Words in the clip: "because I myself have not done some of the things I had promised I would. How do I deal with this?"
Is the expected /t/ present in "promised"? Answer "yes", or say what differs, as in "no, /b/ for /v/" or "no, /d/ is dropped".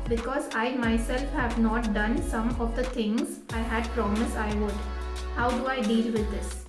no, /t/ is dropped